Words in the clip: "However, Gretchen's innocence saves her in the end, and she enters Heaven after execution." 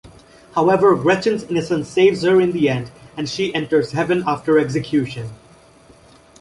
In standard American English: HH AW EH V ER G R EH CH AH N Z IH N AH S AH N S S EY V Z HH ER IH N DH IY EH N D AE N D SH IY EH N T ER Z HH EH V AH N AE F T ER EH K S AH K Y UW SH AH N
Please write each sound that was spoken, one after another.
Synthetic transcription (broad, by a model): HH AW EH V ER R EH CH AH N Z IH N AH S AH N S S EY V Z HH ER IH N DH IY EH N D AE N D SH IY EH N T ER Z HH EH V AH N AE F T ER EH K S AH K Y UW SH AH N